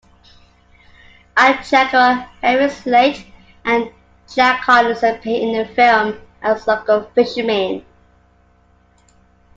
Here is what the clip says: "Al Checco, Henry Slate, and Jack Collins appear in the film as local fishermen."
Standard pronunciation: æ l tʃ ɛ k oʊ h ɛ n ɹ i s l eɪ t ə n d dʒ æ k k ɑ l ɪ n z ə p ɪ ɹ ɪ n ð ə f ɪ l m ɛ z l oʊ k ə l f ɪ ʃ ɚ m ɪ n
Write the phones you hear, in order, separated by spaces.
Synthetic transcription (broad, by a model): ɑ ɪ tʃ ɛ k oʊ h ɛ ɹ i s l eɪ t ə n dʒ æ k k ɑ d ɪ z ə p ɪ ɪ n ð ə f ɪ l m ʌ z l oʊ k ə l f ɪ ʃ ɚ m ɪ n